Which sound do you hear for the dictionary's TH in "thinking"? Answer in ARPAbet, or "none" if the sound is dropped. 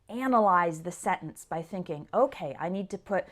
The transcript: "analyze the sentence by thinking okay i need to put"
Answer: TH